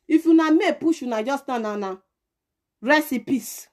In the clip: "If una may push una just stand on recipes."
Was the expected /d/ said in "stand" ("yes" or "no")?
no